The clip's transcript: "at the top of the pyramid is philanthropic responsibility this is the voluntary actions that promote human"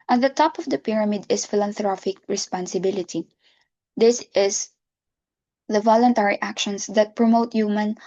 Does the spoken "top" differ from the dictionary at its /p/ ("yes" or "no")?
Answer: no